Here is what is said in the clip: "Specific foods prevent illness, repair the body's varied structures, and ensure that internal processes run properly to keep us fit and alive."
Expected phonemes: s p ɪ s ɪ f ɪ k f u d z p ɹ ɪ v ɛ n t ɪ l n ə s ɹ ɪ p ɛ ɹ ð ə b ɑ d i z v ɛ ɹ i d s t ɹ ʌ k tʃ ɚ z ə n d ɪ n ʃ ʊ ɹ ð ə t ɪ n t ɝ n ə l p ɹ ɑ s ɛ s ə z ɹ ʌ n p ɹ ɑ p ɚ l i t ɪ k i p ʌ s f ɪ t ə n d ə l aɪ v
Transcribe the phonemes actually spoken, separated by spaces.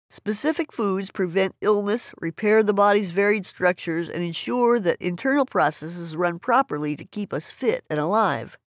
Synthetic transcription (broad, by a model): s p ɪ s ɪ f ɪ k f u d z p ɹ ɪ v ɛ n t ɪ l n ə s ɹ ɪ p ɛ ɹ ð ə b ɑ d i z v ɛ ɹ i d s t ɹ ʌ k tʃ ɚ z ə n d ɪ n ʃ ʊ ɹ ð ə t ɪ n t ɝ n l p ɹ ɑ s ɛ s ə z ɹ ʌ n p ɹ ɑ p ɚ l i t ɪ k i p ʌ s f ɪ t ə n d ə l aɪ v